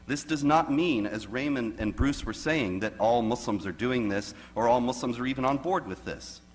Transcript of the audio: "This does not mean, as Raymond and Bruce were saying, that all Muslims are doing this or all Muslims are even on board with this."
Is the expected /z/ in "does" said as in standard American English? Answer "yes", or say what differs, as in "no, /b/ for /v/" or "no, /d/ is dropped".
yes